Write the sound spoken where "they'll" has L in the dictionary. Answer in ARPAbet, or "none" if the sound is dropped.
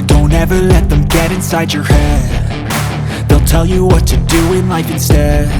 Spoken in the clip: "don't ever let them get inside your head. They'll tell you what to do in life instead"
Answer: L